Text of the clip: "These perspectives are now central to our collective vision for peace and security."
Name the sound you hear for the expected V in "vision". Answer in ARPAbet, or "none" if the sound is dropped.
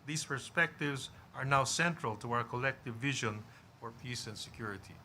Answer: V